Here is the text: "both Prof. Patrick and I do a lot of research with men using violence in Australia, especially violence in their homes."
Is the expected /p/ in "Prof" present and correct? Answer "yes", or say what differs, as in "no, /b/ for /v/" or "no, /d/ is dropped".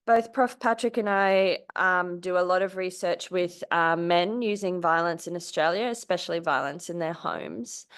yes